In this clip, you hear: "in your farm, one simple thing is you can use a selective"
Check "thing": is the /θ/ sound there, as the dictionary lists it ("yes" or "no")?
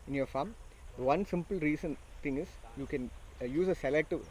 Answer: no